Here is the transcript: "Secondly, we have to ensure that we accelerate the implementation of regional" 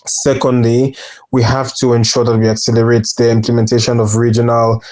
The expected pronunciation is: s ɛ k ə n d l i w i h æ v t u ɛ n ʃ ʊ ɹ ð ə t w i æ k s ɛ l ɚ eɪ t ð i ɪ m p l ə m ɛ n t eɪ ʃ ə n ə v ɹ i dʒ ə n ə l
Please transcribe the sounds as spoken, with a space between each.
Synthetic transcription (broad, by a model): s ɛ k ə n d l i w i h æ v t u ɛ n ʃ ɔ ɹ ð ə t w i æ k s ɛ l ɚ eɪ t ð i ɪ m p l ə m ɛ n t eɪ ʃ ə n ə v ɹ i dʒ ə n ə l